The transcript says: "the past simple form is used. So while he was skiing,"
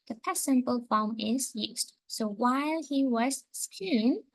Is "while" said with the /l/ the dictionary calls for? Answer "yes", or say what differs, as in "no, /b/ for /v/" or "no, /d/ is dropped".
yes